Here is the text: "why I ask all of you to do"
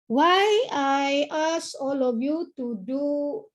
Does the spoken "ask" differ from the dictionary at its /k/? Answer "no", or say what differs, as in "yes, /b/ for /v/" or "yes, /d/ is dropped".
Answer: yes, /k/ is dropped